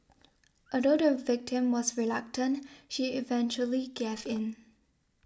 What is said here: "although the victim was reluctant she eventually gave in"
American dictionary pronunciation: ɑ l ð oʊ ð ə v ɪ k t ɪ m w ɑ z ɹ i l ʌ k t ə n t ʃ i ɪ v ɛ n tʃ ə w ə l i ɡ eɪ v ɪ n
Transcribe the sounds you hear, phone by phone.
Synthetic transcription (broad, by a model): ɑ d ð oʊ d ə v ɪ k t ɪ m w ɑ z ɹ i l ʌ k t ə n t ʃ i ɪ v ɛ n tʃ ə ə l i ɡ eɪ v ɪ n